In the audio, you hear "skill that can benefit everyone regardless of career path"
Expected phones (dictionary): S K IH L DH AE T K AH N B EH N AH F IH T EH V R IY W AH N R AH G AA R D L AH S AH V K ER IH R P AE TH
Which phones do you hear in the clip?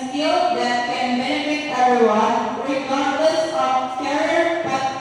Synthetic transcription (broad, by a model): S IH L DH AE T K AH N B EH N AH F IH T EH R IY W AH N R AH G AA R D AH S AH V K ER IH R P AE